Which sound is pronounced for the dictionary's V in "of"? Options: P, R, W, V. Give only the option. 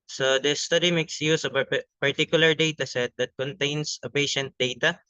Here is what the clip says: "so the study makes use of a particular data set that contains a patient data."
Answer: P